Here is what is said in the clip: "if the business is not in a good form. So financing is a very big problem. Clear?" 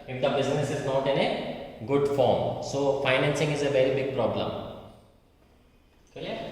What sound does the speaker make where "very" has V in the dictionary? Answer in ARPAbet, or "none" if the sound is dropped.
V